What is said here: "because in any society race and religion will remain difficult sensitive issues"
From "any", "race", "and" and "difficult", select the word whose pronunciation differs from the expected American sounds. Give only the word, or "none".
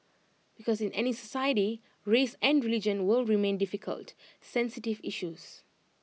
none